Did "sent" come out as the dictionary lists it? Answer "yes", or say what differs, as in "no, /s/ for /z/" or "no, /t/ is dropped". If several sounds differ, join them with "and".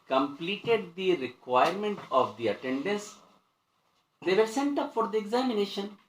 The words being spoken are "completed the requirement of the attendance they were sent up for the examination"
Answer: yes